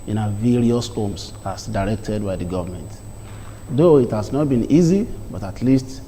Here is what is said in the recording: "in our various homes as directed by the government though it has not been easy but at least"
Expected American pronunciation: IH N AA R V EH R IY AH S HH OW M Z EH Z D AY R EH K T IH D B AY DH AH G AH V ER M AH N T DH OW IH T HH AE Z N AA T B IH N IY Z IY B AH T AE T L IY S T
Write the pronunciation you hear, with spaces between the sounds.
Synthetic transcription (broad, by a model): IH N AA V EH R IY AH S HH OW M S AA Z D AY R EH K T IH D B AY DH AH G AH V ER M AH N T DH OW IH T HH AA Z N AA T B IH N IY Z IY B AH T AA T L IY S T